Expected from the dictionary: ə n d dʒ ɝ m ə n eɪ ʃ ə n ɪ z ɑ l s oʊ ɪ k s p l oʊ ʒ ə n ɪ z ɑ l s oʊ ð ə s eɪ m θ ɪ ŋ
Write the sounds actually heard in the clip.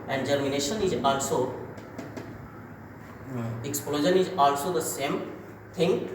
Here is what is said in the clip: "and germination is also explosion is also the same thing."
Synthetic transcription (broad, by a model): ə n d dʒ ɝ m ə n eɪ ʃ ə n ɪ z ɑ l s oʊ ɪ k s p l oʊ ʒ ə n ɪ z ɑ l s oʊ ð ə s eɪ m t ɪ ŋ